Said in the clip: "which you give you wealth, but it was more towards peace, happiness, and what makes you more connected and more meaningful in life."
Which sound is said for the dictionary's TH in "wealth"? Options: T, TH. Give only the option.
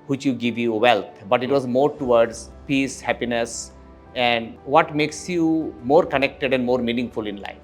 T